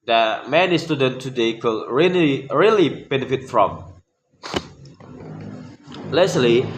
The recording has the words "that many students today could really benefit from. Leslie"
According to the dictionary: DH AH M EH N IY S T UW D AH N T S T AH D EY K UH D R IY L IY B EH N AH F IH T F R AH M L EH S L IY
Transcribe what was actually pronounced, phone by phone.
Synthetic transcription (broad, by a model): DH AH M EH N IY S T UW D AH N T T AH D EY K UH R R IY L IY B EH N AH F IH T F R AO M L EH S L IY